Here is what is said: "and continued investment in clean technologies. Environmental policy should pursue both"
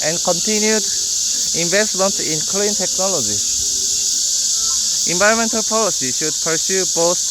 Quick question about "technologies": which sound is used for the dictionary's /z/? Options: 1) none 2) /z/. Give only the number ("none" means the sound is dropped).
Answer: 1